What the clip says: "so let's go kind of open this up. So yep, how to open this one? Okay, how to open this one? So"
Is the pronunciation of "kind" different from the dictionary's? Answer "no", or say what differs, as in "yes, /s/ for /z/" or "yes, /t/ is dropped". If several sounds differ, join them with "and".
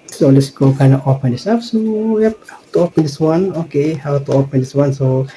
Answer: yes, /d/ is dropped